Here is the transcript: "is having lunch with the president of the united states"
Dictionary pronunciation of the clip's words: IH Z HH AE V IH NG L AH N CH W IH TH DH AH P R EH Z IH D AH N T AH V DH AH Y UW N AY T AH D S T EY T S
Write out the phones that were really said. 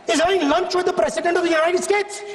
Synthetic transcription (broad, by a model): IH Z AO IH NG L AH N CH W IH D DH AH P R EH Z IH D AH N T AH V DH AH Y UW N AY T AH D S T EY T S